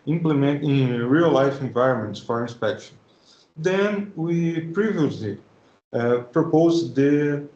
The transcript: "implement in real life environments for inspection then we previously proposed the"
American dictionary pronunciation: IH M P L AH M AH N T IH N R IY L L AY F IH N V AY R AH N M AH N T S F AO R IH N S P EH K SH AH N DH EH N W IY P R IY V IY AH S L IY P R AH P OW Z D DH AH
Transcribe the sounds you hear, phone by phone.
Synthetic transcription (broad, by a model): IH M P L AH M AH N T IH R IY L L AY F IH N V AY R AH N M AH N T S F AO R IH N S P EH K SH AH N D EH N W IY P R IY V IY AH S L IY P R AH P OW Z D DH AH